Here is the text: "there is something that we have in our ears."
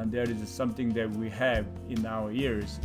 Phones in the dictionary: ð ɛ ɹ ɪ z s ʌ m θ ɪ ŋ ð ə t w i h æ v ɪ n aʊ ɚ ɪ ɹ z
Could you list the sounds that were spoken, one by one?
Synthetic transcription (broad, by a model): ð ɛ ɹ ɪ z s ʌ m θ ɪ ŋ ð ə t w i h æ v ɪ n aʊ ɚ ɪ ɹ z